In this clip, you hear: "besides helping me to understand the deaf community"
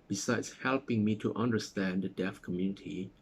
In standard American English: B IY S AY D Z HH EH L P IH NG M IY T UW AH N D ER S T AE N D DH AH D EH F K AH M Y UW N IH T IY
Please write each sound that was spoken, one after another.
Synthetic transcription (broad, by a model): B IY S AY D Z HH EH L P IH NG M IY T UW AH N D ER S T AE N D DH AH D EH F K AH M Y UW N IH T IY